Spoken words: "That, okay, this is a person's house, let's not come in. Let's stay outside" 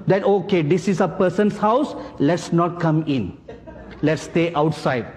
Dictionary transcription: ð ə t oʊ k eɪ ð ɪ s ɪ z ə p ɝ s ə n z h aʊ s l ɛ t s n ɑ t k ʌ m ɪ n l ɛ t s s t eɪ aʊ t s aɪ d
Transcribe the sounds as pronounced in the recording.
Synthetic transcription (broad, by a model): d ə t oʊ k eɪ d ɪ s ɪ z ə p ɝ s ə n s h aʊ s l ɛ t s n ɑ t k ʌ m ɪ n l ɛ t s s t eɪ aʊ t s aɪ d